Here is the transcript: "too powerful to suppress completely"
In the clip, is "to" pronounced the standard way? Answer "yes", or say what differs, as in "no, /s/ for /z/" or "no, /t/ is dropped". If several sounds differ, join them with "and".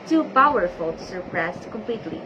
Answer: no, /s/ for /t/